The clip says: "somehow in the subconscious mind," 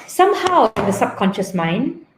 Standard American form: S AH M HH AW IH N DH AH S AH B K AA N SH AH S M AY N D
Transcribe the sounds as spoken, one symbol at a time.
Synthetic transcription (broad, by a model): S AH M HH AW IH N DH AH S AH B K AA N SH AH S M AY N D